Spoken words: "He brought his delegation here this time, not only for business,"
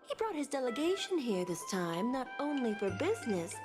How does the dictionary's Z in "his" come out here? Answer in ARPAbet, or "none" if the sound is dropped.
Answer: Z